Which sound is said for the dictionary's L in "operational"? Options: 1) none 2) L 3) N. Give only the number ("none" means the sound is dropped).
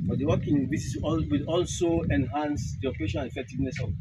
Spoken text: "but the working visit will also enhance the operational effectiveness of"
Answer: 3